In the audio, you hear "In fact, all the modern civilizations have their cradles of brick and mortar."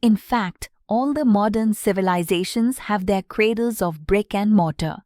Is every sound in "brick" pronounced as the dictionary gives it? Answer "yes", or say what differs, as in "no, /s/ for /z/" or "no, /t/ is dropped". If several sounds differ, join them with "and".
yes